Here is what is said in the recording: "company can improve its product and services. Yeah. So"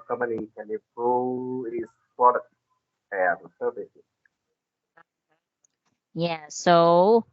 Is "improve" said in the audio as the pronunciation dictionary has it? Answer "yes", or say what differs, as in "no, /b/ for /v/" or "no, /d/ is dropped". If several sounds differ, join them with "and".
no, /v/ is dropped